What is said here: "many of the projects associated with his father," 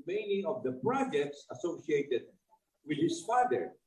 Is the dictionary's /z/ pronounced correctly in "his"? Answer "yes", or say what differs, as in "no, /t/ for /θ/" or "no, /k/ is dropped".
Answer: no, /s/ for /z/